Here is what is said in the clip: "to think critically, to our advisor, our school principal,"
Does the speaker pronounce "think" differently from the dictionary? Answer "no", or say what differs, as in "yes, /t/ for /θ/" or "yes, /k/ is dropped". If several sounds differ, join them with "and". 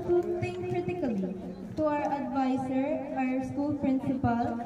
yes, /t/ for /θ/